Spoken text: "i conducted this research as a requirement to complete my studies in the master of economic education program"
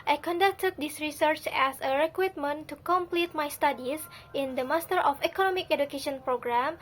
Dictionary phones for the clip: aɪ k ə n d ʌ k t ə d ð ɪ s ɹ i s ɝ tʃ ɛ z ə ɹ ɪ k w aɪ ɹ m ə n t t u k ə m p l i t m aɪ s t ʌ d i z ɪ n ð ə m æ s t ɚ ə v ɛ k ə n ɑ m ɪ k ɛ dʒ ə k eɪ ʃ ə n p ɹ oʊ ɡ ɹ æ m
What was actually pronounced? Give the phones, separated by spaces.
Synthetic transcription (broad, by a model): aɪ k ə n d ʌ k t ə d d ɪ s ɹ i s ɝ tʃ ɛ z ə ɹ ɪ k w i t m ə n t t u k ə m p l i t m aɪ s t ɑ d i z ɪ n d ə m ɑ s t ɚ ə f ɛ k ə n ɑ m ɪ k ɛ dʒ ə k eɪ ʃ ə n p ɹ oʊ ɡ ɹ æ m